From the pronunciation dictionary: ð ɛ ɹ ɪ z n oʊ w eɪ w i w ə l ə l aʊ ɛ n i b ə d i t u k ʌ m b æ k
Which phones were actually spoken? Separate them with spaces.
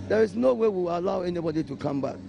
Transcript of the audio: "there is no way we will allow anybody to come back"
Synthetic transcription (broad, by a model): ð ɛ ɹ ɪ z n oʊ w eɪ w i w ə l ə ʊ ɛ n i b ə d i t u k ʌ m b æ k